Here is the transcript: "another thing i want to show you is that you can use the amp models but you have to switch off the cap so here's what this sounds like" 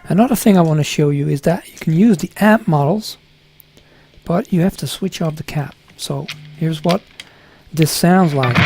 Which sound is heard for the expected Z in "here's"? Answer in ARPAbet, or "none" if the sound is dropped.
Z